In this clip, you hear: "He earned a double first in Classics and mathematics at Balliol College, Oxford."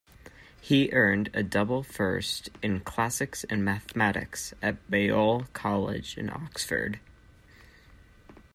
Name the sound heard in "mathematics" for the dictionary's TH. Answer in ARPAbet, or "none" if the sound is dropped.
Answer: TH